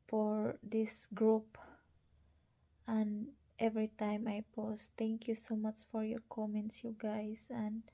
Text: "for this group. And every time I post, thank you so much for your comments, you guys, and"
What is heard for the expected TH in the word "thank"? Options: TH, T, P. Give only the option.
T